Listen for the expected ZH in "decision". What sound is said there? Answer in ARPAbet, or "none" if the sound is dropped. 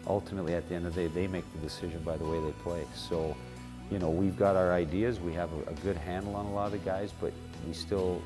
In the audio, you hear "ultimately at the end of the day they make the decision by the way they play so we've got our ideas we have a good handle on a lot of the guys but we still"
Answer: ZH